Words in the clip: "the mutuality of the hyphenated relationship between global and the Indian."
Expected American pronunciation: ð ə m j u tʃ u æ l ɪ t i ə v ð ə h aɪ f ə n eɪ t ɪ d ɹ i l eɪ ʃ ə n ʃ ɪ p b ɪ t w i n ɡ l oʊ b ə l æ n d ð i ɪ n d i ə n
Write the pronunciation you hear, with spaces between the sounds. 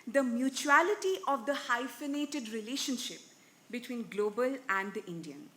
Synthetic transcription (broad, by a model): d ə m j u tʃ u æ l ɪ t i ə v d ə h aɪ f ə n eɪ t ɪ d ɹ i l eɪ ʃ ə n ʃ ɪ p b ɪ t w i n ɡ l oʊ b ə l æ n d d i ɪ n d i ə n